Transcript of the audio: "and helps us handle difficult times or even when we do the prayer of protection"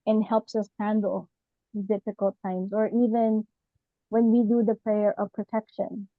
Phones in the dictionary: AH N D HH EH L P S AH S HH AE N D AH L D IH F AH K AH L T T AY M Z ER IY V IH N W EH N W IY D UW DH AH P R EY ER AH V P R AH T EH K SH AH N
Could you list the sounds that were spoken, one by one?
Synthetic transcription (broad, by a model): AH N HH EH L P S AH S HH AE N D L D IH F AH K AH L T T AY M Z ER IY V IH N W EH N W IY D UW DH AH P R EY ER AH V P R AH T EH K SH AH N